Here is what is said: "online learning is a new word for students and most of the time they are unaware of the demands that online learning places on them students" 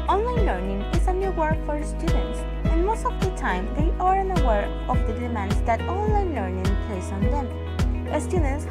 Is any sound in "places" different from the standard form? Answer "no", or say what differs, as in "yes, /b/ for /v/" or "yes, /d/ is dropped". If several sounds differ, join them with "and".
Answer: yes, /s/ is dropped